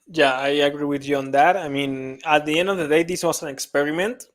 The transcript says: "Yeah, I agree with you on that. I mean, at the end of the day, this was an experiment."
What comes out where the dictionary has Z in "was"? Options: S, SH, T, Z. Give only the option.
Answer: S